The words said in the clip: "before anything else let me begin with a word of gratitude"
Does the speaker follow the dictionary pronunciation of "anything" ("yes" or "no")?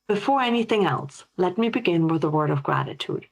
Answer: yes